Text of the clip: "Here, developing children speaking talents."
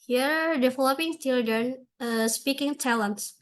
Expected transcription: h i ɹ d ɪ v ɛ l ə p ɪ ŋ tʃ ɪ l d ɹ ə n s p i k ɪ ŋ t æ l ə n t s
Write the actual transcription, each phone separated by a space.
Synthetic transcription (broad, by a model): h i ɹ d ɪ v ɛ l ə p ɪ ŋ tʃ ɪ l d ə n s p i k ɪ ŋ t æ l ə n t s